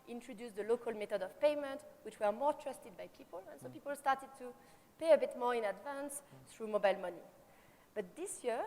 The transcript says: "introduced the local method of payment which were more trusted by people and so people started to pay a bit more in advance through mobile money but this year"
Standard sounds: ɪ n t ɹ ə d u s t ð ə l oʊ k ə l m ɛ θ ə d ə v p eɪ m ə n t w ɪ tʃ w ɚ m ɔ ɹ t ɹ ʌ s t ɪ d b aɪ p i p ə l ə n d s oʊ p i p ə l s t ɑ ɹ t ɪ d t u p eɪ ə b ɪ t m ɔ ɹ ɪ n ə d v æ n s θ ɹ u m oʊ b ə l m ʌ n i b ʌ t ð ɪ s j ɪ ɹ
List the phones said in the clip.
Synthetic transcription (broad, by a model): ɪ n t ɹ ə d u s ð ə l oʊ k ə l m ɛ t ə d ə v p eɪ m ə n t w ɪ tʃ w ɚ m ɔ ɹ t ɹ ʌ s t ɪ d b aɪ p i p ə l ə n s oʊ p i p ə l s t ɑ ɹ t ɪ d t u p eɪ ə b ɪ t m ɔ ɹ ɪ n ə d v æ n s θ ɹ u m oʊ b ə l m ʌ n i b ʌ t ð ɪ s j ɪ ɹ